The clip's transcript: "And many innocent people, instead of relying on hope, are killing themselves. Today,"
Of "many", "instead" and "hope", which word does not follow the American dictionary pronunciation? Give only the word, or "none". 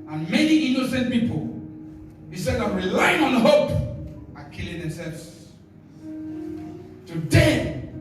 instead